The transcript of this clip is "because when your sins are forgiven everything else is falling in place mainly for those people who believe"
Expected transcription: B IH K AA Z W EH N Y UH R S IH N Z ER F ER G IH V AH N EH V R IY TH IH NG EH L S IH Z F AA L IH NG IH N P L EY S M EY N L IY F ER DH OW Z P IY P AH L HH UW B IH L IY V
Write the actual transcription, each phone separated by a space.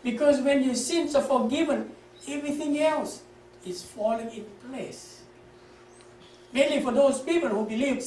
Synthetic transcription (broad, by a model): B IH K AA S W EH N Y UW S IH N S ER F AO G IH V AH N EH V R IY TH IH NG EH L S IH S F AA L IH NG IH N P L EY S M EY N L IY F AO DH OW S P IY P AH L HH UW B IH L IY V